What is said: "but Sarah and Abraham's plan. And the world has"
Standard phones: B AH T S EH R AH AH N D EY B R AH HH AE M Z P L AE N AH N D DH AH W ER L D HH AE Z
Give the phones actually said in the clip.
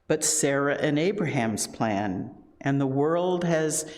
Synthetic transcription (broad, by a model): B AH T S EH R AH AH N EY B R AH HH AE M Z P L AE N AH N DH AH W ER L D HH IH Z